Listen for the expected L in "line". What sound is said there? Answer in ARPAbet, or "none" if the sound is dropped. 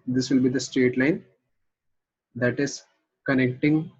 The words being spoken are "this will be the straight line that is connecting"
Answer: L